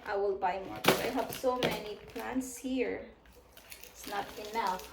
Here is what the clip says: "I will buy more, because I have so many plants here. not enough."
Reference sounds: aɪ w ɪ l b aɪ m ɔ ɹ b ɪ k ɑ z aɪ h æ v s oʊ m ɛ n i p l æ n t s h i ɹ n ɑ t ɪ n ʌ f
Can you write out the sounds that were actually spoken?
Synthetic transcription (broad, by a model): aɪ w ɪ l b aɪ m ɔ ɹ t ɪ ɑ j h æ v s oʊ m ɛ n i p l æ n t s h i ɹ n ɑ t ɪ n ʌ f